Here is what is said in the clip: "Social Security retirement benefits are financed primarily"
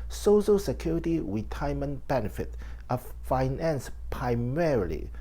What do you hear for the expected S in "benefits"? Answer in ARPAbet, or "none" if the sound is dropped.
none